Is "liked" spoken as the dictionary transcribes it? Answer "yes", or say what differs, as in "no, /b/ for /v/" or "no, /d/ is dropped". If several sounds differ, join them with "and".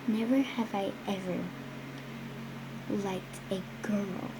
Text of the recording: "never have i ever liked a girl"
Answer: yes